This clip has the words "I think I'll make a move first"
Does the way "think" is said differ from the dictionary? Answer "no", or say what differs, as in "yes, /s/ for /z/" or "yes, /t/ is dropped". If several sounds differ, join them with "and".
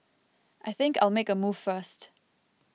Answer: no